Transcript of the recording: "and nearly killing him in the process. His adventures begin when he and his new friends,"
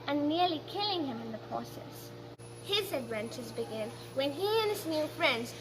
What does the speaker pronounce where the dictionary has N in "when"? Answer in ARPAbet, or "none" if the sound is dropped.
N